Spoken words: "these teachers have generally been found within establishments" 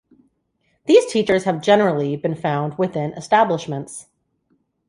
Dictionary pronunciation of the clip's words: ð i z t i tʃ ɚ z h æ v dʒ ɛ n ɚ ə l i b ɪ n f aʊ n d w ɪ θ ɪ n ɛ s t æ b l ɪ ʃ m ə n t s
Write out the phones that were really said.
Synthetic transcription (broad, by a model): ð i z t i tʃ ɚ z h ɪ v dʒ ɛ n ɚ l i b ɪ n f aʊ n d w ɪ θ ɪ n ɛ s t æ b l ɪ ʃ m ə n t s